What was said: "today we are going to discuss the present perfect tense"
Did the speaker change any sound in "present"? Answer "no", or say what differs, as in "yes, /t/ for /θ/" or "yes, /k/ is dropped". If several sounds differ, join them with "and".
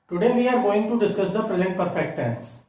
no